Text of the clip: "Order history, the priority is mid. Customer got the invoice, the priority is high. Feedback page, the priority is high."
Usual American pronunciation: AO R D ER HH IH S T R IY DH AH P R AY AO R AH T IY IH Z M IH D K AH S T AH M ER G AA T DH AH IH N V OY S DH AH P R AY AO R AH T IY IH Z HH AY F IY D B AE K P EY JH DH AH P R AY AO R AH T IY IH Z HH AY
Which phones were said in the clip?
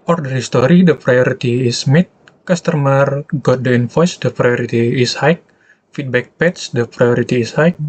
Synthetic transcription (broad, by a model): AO R D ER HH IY S T R IY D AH P R AY AO R AH T IY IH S M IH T K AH S T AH M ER G AA T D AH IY N F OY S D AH P R AY AO R AH T IY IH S HH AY F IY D B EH K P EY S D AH P R AY AO R AH T IY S HH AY